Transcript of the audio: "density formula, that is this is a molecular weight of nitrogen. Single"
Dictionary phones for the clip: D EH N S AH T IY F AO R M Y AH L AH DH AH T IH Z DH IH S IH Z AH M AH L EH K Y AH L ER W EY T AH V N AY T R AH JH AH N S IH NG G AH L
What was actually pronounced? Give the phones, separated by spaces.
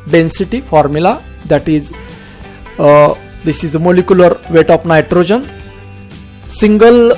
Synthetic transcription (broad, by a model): D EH N S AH T IY F AO R M Y AH L AH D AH T IH Z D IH S IH Z AH M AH L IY K Y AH L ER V EY T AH P N AY T R AH JH AH N S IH NG G AH L